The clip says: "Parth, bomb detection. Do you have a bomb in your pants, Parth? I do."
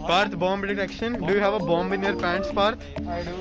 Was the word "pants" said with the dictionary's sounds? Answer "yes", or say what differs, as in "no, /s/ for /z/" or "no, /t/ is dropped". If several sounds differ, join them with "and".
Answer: yes